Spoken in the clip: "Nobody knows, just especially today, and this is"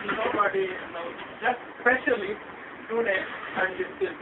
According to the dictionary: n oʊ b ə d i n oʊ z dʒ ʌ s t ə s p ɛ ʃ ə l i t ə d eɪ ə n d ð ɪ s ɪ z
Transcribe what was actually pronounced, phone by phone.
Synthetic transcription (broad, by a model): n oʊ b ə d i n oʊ dʒ ʌ s t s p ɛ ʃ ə l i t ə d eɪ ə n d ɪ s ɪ